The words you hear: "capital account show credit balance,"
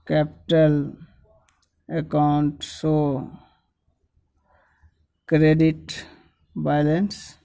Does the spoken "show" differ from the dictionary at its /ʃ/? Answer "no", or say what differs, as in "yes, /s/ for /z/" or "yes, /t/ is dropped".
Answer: yes, /s/ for /ʃ/